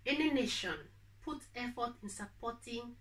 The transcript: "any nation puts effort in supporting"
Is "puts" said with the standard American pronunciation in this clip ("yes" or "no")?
no